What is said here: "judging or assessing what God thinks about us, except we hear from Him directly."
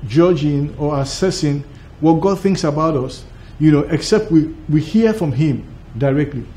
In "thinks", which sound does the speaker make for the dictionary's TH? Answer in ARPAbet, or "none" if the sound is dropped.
TH